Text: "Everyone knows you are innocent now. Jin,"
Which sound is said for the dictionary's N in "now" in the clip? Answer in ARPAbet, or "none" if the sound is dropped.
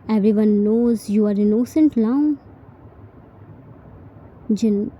L